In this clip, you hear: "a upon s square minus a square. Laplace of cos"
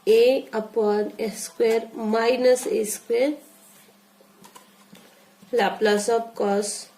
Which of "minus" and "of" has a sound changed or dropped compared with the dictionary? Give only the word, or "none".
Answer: of